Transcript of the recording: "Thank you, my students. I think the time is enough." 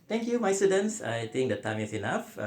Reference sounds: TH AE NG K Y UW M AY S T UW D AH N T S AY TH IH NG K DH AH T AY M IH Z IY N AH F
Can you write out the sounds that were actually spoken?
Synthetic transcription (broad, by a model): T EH NG K Y UW M AY S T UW D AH N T S AY T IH NG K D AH T AY M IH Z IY N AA F